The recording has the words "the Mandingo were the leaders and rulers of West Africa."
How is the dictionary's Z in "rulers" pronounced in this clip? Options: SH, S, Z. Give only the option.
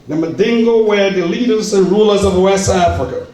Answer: Z